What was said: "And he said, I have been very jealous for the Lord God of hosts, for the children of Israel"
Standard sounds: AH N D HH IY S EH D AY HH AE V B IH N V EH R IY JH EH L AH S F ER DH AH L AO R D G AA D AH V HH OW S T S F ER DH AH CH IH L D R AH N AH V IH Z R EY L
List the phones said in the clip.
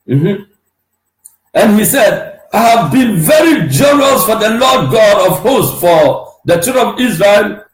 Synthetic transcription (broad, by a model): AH N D HH IY S EH D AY HH AE V B IH N V EH R IY JH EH N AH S F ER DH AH L AO D G AA D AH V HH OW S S F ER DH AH CH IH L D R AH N AH V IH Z R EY L